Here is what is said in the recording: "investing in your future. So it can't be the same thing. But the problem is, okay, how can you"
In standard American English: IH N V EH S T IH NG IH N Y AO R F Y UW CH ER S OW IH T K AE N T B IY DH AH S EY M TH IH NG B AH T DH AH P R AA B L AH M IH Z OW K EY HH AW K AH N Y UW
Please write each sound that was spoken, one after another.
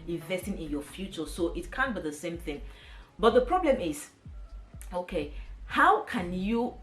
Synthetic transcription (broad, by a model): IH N V EH S T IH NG IH N Y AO F Y UW CH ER S OW IH T K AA N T B IY DH AH S EY M TH IH NG B AH T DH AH P R AA B L AH M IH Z OW K EY HH AW K AH N Y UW